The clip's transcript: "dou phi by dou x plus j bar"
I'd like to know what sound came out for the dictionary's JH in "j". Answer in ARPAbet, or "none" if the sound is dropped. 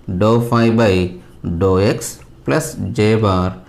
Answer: JH